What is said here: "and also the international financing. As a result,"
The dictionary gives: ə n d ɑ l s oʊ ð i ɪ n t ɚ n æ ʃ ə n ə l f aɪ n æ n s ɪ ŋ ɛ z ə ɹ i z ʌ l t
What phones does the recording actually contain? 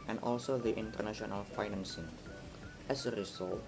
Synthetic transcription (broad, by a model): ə n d ɑ l s oʊ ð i ɪ n t ɚ n æ ʃ ə n ə l f aɪ n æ n s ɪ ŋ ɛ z ə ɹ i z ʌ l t